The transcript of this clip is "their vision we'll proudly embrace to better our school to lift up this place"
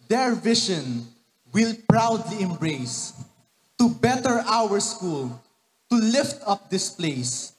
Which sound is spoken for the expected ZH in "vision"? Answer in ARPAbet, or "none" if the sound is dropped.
SH